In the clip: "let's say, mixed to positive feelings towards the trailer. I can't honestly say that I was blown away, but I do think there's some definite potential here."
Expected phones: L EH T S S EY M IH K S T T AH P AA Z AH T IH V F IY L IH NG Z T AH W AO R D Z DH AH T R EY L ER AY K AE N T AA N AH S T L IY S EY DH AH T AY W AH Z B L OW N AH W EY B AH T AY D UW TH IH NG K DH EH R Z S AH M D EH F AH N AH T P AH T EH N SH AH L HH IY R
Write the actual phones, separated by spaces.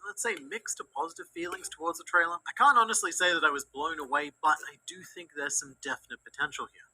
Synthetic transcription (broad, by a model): L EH T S S EY M IH K S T T AH P AA Z AH T IH V F IY L IH NG Z T AH W AO R D Z DH AH T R EY L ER AY K AE N T AA N AH S T L IY S EY DH AH T AY W AH Z B L OW N AH W EY B AH T AY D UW TH IH NG K DH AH R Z S AH M D EH F AH N AH T P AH T EH N SH L HH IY R